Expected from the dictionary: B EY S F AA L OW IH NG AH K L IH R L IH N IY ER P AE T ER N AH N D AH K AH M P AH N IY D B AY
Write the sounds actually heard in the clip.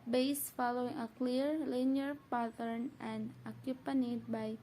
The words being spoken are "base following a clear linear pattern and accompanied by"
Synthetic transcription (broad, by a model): B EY S F AA L OW IH NG AH K L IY R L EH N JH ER P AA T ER N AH N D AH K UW P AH N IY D B AY